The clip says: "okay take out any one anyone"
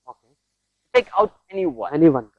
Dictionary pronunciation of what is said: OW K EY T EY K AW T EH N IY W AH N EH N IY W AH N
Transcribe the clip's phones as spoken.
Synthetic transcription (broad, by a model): OW K EY T EY K AW T EH N IY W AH EH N IY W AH N